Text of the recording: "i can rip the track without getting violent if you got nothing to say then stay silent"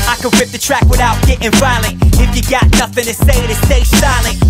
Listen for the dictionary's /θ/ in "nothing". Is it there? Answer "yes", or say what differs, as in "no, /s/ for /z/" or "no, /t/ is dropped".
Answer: yes